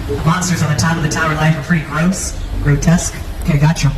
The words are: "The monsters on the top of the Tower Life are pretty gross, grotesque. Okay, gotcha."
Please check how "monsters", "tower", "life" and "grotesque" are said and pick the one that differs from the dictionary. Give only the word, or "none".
none